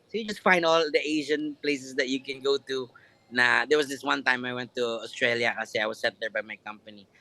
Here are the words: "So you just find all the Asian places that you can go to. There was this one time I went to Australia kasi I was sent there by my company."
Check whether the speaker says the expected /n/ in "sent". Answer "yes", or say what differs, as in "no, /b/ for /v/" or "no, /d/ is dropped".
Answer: no, /n/ is dropped